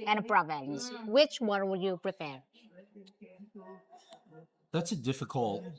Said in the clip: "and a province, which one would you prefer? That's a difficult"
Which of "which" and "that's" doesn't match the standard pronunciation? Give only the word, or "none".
none